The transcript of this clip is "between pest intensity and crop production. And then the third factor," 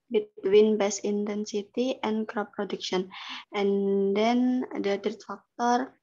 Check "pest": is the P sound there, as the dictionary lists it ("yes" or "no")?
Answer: no